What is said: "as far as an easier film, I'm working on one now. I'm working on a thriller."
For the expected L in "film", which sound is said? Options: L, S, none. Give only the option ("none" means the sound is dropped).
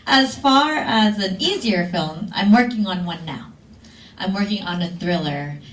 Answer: L